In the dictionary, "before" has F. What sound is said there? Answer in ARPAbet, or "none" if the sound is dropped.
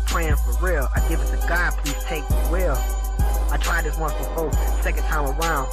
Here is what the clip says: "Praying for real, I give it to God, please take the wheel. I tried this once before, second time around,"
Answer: none